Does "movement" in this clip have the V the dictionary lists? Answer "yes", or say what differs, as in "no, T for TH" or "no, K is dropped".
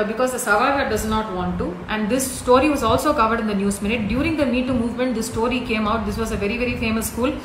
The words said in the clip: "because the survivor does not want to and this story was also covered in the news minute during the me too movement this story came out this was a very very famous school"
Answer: yes